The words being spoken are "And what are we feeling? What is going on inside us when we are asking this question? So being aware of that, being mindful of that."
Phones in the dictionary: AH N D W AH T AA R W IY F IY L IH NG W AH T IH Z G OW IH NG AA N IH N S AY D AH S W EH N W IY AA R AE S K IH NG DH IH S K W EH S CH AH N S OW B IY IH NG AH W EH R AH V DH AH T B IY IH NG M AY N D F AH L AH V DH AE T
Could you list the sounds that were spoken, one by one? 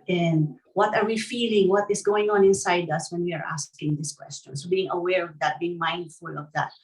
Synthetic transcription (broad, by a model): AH N D W AH T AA R W IY F IY L IH NG W AH T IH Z G OW IH NG AA N IH N S AY D AH S W EH N W IY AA R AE S K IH NG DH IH S K W EH S CH AH N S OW B IY IH NG AH W EH R AH V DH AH T B IY IH NG M AY N D F AH L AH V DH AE T